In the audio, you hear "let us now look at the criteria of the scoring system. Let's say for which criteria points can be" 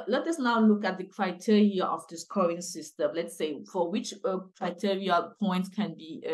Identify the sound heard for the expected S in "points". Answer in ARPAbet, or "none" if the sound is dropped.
none